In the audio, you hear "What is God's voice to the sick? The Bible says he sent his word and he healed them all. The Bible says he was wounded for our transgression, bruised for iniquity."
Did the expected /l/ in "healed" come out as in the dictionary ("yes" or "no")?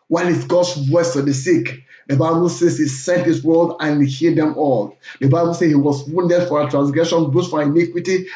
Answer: no